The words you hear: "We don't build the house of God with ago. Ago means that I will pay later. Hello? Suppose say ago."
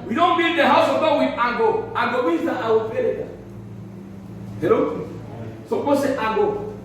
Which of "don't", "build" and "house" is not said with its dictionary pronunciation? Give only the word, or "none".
build